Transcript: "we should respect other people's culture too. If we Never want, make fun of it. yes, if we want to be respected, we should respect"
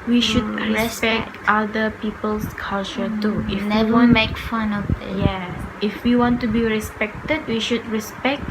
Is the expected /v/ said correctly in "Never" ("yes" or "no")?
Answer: no